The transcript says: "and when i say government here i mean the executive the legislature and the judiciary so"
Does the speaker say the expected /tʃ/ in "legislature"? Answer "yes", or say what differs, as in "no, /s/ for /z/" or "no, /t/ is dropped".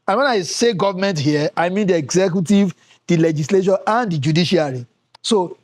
no, /ʃ/ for /tʃ/